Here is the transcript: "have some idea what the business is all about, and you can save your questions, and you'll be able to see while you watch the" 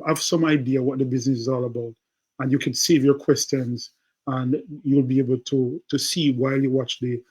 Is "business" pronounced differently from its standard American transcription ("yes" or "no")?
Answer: no